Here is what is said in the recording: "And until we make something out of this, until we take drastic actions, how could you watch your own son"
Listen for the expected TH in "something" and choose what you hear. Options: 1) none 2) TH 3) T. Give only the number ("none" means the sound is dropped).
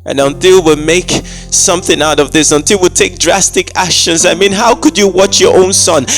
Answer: 2